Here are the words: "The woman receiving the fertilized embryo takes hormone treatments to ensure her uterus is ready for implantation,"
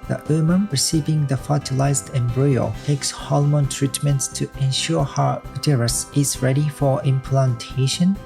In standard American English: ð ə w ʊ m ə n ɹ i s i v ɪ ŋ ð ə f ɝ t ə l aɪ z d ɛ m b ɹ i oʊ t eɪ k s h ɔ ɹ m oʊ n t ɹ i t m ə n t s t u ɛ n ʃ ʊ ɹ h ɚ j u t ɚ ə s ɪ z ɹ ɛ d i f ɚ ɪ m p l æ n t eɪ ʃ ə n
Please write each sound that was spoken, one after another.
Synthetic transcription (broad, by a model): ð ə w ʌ m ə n ɹ i s i v ɪ ŋ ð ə f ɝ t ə l aɪ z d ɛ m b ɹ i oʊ t eɪ k s h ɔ l m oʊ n t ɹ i t m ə n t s t u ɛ n ʃ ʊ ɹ h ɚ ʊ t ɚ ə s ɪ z ɹ ɛ d i f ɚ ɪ m p l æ n t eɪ ʃ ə n